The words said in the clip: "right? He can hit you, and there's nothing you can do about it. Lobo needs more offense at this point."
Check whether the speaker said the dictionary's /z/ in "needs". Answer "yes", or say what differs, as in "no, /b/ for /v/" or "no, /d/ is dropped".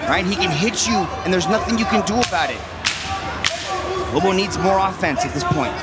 yes